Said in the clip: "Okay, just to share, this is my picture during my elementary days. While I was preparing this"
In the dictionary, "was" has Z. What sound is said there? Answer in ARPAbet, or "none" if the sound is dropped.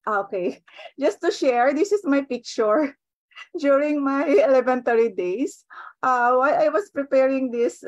S